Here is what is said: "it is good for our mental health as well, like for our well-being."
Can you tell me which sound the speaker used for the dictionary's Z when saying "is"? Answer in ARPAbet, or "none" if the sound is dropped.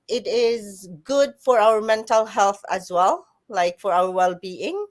Z